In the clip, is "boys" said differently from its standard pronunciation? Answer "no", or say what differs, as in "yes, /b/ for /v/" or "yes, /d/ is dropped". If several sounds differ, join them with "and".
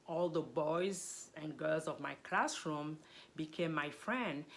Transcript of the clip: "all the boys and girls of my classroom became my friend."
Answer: no